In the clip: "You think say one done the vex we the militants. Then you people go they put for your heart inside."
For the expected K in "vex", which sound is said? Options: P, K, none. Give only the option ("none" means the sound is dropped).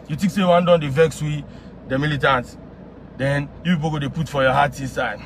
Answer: K